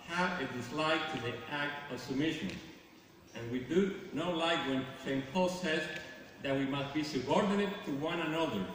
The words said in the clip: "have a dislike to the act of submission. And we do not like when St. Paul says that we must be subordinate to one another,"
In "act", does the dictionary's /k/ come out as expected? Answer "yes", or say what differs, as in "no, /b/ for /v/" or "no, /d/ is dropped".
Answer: yes